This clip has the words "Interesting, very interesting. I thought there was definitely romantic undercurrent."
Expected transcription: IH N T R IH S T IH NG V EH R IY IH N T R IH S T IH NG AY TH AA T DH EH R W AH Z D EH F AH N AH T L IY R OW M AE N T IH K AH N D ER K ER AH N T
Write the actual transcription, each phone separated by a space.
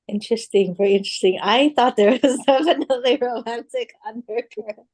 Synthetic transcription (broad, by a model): IH N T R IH S T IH NG V EH R IY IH N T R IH S T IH NG AY TH AA T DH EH R W AH Z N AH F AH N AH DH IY R OW M AE N T IH K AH N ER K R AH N